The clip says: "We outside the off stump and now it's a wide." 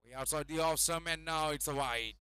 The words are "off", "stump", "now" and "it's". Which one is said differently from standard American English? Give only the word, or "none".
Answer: stump